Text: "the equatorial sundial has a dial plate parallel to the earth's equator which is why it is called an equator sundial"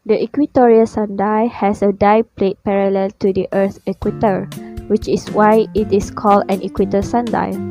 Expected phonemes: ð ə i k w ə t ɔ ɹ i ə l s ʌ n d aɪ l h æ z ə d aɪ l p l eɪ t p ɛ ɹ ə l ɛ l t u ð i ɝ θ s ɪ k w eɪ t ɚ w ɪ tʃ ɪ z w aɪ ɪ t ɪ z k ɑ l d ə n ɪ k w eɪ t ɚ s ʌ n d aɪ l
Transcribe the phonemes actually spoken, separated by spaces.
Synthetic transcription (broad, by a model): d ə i k w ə t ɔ ɹ i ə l s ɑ n d aɪ h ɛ s ə d aɪ p l eɪ t p ɛ ɹ ə l ɛ l t u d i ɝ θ ɪ k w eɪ t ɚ w ɪ tʃ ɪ s w aɪ ɪ t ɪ s k ɑ l d ə n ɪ k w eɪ t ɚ s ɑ n d aɪ